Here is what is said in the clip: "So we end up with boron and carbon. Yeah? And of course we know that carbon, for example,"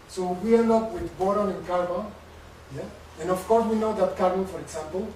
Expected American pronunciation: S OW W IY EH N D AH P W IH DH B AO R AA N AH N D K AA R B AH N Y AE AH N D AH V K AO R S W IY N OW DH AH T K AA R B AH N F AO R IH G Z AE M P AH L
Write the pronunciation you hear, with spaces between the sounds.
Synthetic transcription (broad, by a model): S OW W IY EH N AH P W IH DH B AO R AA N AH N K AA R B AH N Y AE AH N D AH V K AO R S W IY N OW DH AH T K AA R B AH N F AO R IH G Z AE M P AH L